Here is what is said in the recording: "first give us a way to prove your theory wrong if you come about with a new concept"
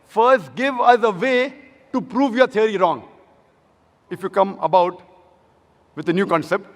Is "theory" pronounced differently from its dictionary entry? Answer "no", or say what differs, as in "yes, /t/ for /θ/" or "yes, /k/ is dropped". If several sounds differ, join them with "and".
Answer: yes, /t/ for /θ/